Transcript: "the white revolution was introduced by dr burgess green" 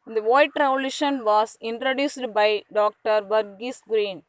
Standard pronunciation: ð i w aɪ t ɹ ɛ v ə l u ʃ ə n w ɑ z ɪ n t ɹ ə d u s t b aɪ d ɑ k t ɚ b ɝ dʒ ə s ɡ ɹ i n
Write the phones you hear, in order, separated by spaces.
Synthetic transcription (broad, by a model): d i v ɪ t ɹ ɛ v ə l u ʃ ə n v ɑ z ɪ n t ɹ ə d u s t b aɪ d ɑ k t ɚ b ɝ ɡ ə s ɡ ɹ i n